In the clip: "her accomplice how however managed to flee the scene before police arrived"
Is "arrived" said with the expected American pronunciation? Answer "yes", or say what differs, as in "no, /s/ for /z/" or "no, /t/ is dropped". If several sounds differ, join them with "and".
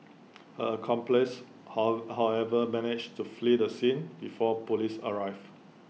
no, /d/ is dropped